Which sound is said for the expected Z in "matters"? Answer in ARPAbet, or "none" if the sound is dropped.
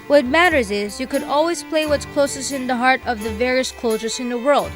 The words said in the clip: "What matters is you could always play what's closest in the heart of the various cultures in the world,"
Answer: Z